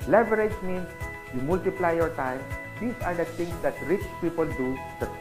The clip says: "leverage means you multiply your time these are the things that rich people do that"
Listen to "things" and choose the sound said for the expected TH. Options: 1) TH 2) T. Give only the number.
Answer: 2